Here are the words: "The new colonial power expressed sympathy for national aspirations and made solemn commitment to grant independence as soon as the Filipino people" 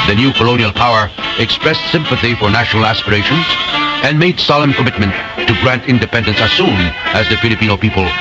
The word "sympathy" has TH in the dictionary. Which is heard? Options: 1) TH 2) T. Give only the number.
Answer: 1